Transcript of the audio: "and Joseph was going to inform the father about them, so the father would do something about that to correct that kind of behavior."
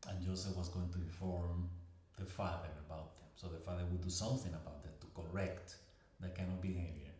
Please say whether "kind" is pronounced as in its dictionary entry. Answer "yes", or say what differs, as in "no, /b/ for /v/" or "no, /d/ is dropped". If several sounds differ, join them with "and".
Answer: no, /d/ is dropped